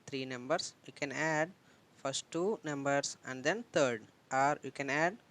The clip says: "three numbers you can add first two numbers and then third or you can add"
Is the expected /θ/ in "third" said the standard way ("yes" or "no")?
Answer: no